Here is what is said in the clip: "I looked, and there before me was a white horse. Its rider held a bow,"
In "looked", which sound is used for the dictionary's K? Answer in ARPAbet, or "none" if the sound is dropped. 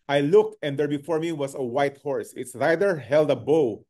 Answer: K